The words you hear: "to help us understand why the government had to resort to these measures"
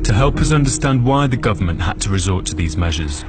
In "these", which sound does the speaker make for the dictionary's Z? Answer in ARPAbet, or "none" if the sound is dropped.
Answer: Z